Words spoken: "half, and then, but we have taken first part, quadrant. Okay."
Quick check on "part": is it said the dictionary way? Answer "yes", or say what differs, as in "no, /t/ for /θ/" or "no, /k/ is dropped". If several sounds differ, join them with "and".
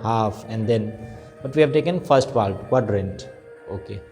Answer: no, /l/ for /ɹ/